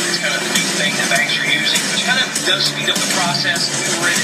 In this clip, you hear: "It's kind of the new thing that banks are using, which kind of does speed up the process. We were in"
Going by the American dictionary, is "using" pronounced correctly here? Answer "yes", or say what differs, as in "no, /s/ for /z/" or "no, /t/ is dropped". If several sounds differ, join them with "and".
yes